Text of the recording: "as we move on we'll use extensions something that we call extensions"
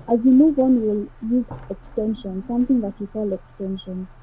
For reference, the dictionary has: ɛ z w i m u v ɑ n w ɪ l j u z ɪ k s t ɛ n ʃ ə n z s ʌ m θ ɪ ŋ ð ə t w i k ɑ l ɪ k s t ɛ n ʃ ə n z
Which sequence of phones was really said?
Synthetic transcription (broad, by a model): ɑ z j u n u w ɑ n w ɪ l j u z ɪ k s t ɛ n ʃ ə n s ʌ m θ ɪ ŋ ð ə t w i k ɑ l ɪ k s t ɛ n ʃ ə n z